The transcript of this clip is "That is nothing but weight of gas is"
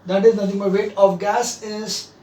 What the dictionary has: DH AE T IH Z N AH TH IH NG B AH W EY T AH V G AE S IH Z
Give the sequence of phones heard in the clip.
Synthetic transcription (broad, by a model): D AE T IH Z N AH T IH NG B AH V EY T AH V G AE S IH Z